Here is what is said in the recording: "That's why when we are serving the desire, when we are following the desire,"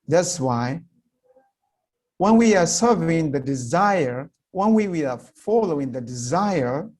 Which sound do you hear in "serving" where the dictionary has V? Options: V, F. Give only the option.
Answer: V